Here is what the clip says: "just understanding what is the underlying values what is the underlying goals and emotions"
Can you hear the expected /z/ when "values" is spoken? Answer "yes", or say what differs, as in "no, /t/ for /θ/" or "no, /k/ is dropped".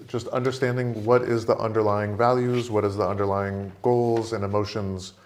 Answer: yes